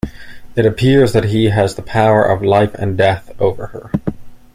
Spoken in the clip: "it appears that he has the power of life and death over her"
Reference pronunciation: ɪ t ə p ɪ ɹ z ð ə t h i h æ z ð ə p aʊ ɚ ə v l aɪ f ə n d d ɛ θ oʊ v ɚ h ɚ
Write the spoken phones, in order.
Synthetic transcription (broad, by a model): ɪ t ə p ɪ ɹ z ð ə t h i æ z ð ə p aʊ ɚ ə v l aɪ f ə n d d ɛ θ oʊ v ɚ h ɚ